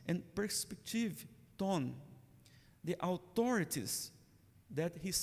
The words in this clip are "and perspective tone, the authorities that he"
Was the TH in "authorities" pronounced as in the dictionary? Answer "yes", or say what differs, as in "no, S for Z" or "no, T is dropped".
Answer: no, T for TH